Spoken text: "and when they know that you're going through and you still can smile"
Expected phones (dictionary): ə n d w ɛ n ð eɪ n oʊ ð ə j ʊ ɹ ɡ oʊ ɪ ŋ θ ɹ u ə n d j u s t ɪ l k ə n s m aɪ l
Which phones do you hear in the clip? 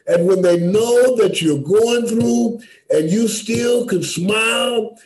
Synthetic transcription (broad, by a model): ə n w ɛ n ð eɪ n oʊ ð ə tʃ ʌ ɹ ɡ oʊ ɪ ŋ θ ɹ u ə n j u s t ɪ l k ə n s m aɪ l